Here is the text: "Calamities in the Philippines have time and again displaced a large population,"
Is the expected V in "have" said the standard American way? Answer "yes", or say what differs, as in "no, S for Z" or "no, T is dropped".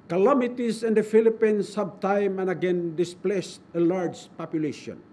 no, B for V